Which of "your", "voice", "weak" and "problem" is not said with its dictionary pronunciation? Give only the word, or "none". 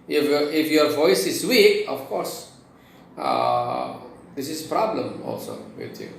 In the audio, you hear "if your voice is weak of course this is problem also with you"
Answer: weak